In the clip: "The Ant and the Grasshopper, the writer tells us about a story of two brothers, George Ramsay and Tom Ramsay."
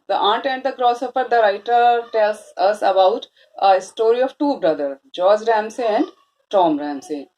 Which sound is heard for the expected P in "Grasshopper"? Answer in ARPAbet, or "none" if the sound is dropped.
F